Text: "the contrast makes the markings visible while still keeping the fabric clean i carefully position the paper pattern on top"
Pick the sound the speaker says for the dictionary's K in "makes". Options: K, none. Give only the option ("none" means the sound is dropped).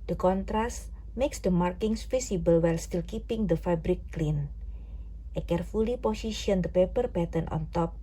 K